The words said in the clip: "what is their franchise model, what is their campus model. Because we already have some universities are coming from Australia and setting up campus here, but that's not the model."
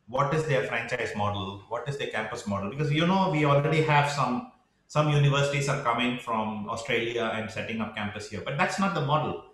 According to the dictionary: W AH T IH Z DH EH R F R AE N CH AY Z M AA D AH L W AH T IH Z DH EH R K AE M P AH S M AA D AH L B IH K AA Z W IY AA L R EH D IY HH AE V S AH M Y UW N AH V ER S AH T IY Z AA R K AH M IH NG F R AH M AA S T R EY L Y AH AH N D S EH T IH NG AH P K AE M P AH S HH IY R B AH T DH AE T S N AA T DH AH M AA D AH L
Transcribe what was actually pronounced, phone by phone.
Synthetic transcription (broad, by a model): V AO T IH Z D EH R F R AE N CH AY Z M AA D AH L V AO T IH Z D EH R K AE M P AH S M AA D AH L B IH K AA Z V IY AA L R EH D IY HH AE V S AH M Y UW N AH V ER S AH T IY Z AA R K AH M IH NG F R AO M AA S T R EY L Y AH AH N D S EH T IH NG AH P K AE M P AH S HH IY R B AH T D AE T S N AA T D AH M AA D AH L